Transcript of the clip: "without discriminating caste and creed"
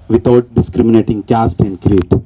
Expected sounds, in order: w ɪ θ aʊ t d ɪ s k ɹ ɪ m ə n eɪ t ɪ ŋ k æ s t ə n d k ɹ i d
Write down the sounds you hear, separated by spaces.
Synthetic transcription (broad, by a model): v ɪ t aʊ t d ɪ s k ɹ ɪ m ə n eɪ t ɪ ŋ k æ s t ə n d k ɹ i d